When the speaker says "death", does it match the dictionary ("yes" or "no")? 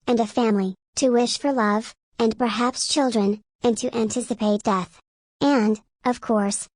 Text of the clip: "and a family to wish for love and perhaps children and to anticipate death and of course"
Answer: yes